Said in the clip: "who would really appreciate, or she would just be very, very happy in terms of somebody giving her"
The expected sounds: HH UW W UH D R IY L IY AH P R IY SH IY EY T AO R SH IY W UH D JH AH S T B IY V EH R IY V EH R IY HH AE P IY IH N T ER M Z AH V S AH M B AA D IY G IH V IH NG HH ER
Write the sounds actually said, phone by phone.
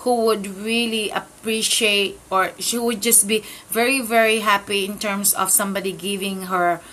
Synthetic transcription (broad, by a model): HH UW W UH D R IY L IY AH P R IY SH IY EY T AO R SH IY W UH D JH AH S T B IY V EH R IY V EH R IY HH AE P IY IH N T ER M S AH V S AH M B AA D IY G IH V IH NG HH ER